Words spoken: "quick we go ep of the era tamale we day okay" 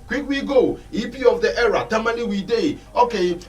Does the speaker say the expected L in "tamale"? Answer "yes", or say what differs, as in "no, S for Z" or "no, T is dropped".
no, N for L